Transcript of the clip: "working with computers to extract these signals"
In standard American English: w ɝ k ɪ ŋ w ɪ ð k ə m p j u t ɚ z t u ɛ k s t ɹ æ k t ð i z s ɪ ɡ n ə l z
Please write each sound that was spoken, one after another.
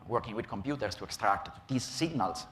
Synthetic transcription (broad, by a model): w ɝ k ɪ ŋ w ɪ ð k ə m p j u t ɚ s t u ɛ k s t ɹ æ k t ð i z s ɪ ɡ n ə l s